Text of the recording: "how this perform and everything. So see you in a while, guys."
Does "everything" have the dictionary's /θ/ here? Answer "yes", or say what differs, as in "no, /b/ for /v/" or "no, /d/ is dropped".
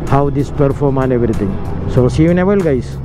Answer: no, /t/ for /θ/